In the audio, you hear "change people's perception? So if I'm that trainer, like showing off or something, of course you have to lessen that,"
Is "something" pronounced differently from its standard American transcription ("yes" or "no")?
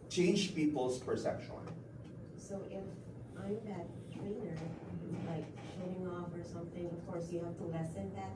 no